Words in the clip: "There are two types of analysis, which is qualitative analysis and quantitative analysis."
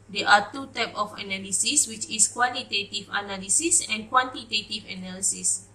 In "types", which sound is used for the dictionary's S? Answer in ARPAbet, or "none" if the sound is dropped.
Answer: none